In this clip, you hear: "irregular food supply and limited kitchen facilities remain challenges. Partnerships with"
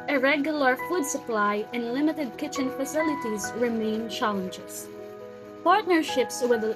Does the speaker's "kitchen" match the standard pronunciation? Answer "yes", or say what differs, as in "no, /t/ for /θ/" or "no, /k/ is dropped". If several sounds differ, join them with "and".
yes